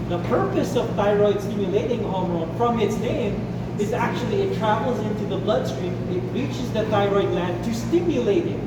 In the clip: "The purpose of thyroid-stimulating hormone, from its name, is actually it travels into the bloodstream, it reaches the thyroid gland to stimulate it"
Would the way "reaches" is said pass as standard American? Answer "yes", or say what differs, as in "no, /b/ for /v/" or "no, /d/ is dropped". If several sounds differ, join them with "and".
yes